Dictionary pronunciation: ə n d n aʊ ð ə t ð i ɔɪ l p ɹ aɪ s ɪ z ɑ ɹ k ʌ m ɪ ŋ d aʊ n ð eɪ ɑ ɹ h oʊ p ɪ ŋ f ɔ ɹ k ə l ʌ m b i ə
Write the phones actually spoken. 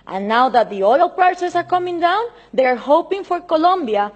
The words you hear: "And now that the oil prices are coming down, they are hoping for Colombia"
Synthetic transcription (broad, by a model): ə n n aʊ ð ə t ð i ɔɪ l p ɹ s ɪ s ɑ ɹ k ʌ m ɪ ŋ d aʊ n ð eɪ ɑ ɹ h oʊ p ɪ ŋ f ɔ ɹ k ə l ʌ m b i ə